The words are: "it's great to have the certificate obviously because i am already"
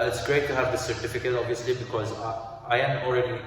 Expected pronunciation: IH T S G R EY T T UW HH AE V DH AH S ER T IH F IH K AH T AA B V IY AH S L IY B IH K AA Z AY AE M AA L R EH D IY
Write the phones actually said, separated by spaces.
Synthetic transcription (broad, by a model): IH T S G R EY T T UW HH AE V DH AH S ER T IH F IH K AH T AA B V IY AH S L IY B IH K AA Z AY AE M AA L R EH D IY